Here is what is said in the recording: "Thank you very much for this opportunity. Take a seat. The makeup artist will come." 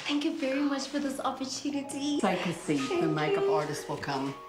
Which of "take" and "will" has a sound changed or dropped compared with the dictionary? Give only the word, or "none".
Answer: take